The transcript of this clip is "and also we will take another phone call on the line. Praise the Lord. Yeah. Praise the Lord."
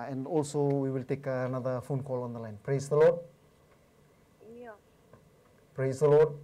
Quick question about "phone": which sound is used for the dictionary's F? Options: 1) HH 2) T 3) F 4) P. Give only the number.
3